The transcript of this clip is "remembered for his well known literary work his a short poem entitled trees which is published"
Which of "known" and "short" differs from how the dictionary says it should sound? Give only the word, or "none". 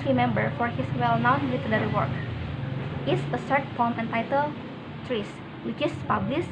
short